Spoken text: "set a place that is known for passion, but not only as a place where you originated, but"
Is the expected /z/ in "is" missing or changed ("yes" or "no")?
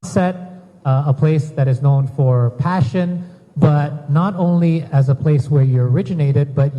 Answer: no